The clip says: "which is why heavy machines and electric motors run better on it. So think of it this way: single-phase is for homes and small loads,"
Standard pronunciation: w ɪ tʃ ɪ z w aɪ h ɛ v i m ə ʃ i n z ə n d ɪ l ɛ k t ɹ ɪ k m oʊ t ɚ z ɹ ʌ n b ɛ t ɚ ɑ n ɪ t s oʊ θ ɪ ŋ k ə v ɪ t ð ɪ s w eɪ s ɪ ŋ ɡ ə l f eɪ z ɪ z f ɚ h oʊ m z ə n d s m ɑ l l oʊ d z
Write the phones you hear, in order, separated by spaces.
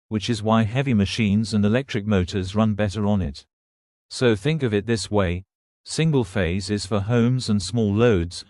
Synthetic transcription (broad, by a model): w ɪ tʃ ɪ z w aɪ h ɛ v i m ə ʃ i n z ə n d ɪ l ɛ k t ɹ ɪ k m oʊ t ɚ z ɹ ʌ n b ɛ t ɚ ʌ n ɪ t s oʊ θ ɪ ŋ k ə v ɪ t ð ɪ s w eɪ s ɪ ŋ ɡ ə l f eɪ z ɪ z f ɚ h oʊ m z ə n s m ɑ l l oʊ d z